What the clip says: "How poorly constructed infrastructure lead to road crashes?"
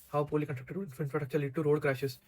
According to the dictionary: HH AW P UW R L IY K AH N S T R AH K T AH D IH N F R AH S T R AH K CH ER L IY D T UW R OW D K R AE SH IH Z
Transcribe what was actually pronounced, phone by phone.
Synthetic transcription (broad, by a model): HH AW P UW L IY K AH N T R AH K T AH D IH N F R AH T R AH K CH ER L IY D T UW R OW D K R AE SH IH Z